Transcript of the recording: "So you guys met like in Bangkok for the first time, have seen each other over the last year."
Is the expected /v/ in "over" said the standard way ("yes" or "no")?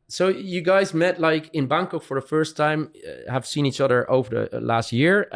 yes